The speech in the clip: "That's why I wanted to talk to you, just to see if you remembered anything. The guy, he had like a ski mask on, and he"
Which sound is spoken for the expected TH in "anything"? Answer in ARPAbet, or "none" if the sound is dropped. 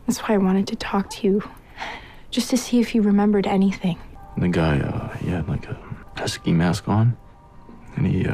TH